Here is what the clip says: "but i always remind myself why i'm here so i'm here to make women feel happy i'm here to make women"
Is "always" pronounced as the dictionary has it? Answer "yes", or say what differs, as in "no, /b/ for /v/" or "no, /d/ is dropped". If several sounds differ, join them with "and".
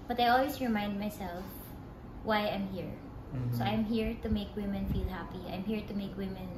no, /s/ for /z/